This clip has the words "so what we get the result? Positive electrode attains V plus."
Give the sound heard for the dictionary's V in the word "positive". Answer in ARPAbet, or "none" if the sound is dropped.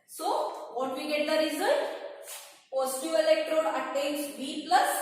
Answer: none